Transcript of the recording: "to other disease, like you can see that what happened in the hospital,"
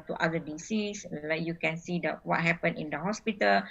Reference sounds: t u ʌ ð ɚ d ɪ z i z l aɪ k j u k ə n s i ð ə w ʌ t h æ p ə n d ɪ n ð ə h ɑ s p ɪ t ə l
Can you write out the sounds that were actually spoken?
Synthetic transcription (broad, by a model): t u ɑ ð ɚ d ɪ s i s l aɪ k j u k ə n s i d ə w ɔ t h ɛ p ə n ɪ n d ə h ɑ s p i t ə l